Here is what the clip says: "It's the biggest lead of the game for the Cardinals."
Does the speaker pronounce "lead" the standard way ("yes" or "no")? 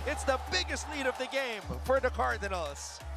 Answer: no